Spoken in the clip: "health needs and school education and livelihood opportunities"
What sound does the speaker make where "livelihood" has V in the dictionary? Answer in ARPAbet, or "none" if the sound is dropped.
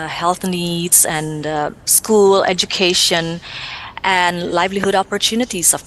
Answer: V